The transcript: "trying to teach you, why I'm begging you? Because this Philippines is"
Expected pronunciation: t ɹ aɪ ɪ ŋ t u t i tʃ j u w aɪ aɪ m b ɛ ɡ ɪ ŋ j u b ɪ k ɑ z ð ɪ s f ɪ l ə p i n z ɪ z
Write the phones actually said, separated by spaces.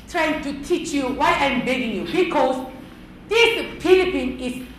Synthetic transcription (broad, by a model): t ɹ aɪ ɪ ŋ t u t i tʃ j u w aɪ aɪ m b ɛ ɡ ɪ ŋ j u b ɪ k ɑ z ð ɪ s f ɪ l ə p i n ɪ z